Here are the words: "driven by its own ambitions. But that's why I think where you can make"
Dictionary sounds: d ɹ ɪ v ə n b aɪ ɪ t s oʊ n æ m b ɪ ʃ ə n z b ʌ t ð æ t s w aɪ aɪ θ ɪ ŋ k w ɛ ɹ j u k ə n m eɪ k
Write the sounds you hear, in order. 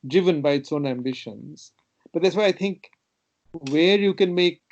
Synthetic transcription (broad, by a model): d ɹ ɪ v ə n b aɪ ɪ t s oʊ n æ m b ɪ ʃ ə n z b ʌ t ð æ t s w aɪ aɪ t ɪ ŋ k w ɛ ɹ j u k ə n m eɪ k